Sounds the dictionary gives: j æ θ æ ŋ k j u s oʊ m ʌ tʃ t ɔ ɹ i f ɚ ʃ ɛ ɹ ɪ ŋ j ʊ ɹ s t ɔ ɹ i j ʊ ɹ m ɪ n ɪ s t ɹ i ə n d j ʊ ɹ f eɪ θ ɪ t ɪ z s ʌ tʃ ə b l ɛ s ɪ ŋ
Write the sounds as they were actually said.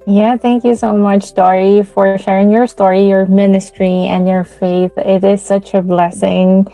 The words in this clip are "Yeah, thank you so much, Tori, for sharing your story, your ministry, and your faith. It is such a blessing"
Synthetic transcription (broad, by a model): j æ θ æ ŋ k j u s oʊ m ʌ tʃ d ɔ ɹ i f ɚ ʃ ɛ ɹ ɪ ŋ j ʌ ɹ s t ɔ ɹ i j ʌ ɹ m ɪ n ɪ s t ɹ i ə n j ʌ ɹ f eɪ θ ɪ t ɪ z s ʌ tʃ ə b l ɛ s ɪ ŋ